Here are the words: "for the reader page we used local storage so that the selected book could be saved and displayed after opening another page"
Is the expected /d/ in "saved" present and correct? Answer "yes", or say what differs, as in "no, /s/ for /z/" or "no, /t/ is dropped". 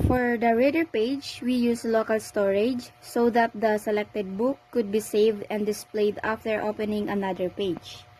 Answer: yes